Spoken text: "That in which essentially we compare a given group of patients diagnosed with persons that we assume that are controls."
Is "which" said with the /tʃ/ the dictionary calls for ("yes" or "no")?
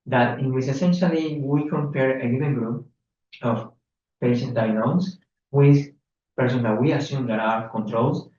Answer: no